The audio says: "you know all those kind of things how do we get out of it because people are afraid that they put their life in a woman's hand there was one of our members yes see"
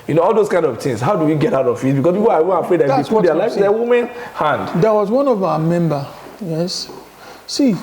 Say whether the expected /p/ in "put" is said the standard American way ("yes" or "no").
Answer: no